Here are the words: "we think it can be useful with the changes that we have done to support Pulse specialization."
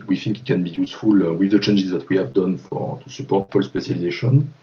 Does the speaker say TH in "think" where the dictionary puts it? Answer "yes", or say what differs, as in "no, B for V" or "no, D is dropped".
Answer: no, F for TH